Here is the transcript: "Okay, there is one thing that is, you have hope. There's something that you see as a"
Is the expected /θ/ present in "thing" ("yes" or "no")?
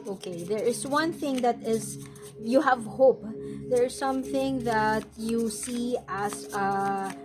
yes